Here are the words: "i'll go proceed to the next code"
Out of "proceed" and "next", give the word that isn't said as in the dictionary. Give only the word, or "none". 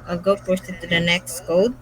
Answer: proceed